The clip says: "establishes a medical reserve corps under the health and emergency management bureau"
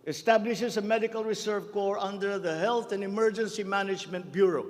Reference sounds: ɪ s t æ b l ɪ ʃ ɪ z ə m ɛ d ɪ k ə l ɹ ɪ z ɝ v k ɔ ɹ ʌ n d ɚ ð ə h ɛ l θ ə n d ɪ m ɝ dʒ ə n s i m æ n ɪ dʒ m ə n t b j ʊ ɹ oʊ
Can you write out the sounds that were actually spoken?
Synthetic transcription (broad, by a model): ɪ s t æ b l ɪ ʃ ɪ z ə m ɛ d ɪ k ə l ɹ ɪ s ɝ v k ɔ ɹ ʌ n d ɚ ð ə h ɛ l θ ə n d ɪ m ɝ dʒ ə n s i m æ n ɪ dʒ m ə n t b j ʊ ɹ oʊ